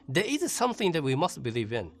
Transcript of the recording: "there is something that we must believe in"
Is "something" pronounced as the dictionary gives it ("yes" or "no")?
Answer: yes